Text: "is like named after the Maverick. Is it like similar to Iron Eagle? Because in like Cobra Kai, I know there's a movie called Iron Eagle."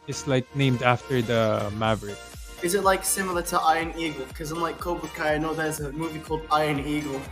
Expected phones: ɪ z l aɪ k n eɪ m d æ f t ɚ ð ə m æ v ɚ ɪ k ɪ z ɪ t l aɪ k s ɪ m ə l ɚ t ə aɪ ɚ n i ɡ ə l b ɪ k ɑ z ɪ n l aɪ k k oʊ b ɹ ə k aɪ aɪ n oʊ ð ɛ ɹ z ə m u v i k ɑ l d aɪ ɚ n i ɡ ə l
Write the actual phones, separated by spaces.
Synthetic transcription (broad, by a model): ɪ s l aɪ k n eɪ m d æ f t ɚ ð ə m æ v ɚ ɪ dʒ ɪ z ɪ t l aɪ k s ɪ m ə l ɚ t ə aɪ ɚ n i ɡ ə l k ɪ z ɑ ɪ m l aɪ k k oʊ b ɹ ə k aɪ aɪ n oʊ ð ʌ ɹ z ə m u v i k ɑ l d aɪ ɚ n i ɡ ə l